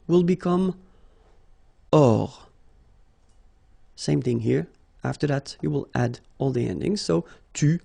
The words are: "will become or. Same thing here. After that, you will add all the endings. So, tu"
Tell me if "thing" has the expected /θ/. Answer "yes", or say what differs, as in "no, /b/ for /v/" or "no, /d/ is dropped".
yes